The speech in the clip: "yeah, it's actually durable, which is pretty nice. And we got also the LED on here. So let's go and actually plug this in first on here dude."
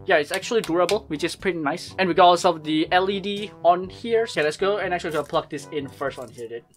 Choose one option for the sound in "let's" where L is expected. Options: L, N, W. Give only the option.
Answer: N